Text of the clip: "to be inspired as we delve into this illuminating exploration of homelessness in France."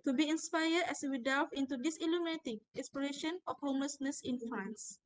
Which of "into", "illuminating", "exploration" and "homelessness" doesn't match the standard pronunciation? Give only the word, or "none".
exploration